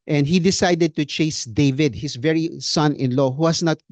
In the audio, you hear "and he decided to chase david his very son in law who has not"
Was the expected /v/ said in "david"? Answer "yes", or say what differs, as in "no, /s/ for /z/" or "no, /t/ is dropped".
yes